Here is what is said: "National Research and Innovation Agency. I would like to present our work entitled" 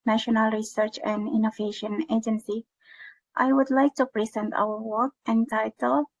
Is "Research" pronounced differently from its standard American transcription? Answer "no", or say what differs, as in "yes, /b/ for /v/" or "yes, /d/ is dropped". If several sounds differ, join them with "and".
no